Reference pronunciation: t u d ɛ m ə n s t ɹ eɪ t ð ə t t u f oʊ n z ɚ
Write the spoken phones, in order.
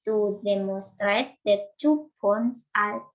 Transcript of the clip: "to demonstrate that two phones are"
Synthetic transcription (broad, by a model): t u d ɛ m ə n s t ɹ eɪ t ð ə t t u p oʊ n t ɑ